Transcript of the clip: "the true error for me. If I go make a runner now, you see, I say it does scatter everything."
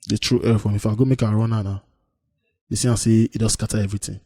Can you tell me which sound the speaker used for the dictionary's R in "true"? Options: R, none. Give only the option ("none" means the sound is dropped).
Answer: R